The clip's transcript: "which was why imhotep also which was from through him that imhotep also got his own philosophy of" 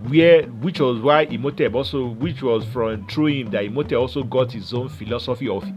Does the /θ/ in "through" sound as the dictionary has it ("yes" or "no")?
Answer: no